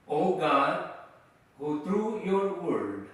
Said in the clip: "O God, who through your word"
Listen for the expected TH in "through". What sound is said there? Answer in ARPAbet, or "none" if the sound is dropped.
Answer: T